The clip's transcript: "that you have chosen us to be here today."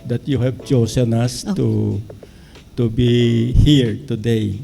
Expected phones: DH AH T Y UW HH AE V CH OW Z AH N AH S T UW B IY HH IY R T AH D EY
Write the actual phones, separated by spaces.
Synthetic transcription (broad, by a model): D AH T Y UW HH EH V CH OW S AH N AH S T UW B IY HH IY R T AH D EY